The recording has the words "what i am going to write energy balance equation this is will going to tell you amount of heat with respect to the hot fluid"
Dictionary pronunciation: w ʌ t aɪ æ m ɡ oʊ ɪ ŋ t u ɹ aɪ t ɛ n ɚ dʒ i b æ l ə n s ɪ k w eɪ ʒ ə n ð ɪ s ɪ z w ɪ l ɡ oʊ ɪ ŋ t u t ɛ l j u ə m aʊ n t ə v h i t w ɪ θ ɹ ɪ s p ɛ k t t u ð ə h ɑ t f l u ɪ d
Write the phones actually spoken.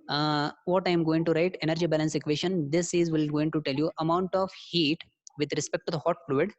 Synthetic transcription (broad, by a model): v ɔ t aɪ m ɡ oʊ ɪ ŋ t u ɹ aɪ t ɛ n ɚ dʒ i b æ l ə n s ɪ k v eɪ ʃ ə n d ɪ s ɪ z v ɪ l ɡ oʊ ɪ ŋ t u t ɛ l j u ə m aʊ n t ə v h i t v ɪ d ɹ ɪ s p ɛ k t t u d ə h ɑ t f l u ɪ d